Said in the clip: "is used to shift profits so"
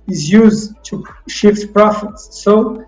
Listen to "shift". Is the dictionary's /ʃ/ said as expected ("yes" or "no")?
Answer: yes